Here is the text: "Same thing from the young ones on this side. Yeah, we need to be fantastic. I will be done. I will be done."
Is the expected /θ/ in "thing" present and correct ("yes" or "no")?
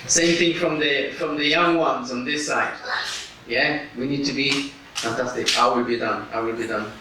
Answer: yes